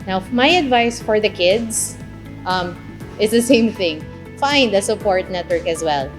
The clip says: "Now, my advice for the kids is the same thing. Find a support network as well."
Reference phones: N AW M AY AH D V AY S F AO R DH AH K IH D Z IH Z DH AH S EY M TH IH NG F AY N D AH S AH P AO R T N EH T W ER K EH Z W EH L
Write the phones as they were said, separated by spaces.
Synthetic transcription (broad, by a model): N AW M AY AH D V AY S F AO R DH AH K IH D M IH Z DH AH S EY M TH IH NG F AY N D AH S AH P AO R T N EH T W ER K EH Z W EH L